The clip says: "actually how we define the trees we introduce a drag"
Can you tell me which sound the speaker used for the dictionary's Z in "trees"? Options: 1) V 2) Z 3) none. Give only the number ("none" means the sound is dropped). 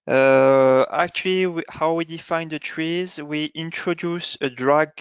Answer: 2